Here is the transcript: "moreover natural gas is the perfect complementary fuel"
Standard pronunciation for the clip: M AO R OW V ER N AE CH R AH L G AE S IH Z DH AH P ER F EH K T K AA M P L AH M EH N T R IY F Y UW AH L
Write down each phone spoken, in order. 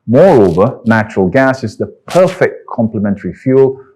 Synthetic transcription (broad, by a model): M AO R OW V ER N AE CH R AH L G AE S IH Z DH AH P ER F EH K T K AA M P L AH M EH N T R IY F Y UW L